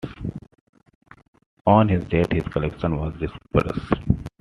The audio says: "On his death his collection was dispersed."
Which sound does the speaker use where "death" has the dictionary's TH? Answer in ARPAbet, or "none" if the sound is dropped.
T